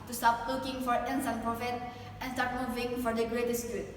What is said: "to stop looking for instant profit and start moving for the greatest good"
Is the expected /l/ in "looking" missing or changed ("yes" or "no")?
yes